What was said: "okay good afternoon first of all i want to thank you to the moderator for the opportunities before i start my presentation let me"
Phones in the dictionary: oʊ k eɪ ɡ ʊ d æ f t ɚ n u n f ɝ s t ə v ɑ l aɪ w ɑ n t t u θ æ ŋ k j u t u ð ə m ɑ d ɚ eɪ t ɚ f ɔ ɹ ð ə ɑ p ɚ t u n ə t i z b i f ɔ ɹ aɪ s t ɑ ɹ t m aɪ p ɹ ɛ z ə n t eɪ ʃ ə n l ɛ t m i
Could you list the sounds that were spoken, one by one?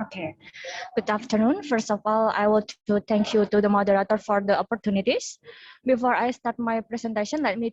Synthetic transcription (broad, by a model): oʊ k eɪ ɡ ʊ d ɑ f t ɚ n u n f ɝ s t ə f ɑ l aɪ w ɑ l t t u t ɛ ŋ k j u t u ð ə m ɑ d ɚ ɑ t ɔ f ɔ ɹ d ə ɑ p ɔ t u n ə t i s b i f ɔ ɹ aɪ s t ɑ ɹ t m aɪ p ɹ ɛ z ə n t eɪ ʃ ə n l ɛ t m i